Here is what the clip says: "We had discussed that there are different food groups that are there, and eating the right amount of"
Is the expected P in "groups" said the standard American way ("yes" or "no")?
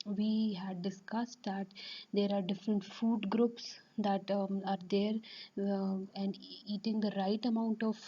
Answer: yes